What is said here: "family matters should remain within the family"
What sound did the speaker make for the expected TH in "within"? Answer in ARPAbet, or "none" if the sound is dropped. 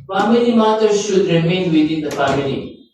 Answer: T